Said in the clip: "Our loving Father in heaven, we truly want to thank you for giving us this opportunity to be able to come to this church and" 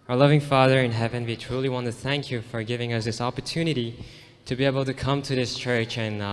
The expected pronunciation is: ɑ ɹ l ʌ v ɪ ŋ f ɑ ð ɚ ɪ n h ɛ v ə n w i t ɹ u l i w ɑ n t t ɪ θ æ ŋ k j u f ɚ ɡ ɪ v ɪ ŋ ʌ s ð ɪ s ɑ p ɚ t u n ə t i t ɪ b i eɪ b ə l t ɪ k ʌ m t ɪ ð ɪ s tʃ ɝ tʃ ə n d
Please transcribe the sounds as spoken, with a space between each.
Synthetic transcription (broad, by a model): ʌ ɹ l ʌ v ɪ ŋ f ɑ ð ɚ ɪ n h ɛ v ə n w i t ɹ u l i w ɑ n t t ɪ θ æ ŋ k j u f ɚ ɡ ɪ v ɪ ŋ ʌ s ð ɪ s ɑ p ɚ t u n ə t i t ɪ b i eɪ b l t ɪ k ʌ m t ɪ ð ɪ s tʃ ɝ tʃ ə n